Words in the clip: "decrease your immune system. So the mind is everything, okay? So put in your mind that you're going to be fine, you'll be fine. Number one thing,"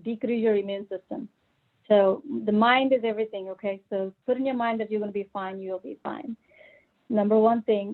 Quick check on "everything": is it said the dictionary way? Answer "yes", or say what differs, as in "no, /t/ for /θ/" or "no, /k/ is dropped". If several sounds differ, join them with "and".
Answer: yes